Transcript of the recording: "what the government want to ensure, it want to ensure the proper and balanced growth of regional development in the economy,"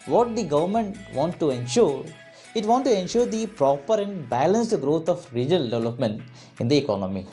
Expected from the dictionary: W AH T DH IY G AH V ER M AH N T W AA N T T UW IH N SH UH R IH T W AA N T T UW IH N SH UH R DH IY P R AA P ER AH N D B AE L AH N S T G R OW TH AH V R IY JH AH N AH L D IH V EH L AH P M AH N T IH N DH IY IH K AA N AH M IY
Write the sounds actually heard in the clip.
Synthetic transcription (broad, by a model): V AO T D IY G AH V ER M AH N T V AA N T T UW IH N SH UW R IH T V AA N T T UW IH N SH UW R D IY P R AA P ER AH N D B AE L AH N S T G R OW T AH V R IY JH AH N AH L D IH V EH L AH P M AH N T IH N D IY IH K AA N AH M IY